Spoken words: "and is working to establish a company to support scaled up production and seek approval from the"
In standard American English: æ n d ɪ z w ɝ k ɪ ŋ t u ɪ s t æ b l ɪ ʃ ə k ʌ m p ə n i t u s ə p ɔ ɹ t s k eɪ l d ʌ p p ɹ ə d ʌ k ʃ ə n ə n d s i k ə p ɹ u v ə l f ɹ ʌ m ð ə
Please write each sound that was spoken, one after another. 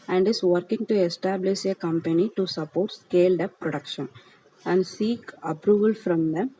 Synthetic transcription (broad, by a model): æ n d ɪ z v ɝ k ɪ ŋ t u ɪ s t æ b l ɪ ʃ ə k ʌ m p ə n i t u s ə p ɔ ɹ t s k eɪ l d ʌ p p ɹ ə d ʌ k ʃ ə n ə n d s i k ə p ɹ u v ə l f ɹ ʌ m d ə